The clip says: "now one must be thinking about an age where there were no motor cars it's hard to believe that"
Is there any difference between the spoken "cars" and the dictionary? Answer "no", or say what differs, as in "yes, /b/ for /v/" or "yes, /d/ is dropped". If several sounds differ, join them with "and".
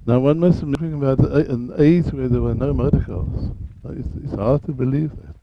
yes, /l/ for /ɹ/